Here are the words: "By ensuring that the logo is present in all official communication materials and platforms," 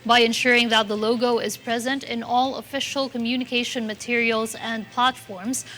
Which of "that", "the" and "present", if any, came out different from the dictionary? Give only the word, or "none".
none